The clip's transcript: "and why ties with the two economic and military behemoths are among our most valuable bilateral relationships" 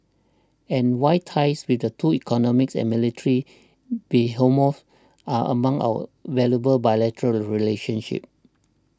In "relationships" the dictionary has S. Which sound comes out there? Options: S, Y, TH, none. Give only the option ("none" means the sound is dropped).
none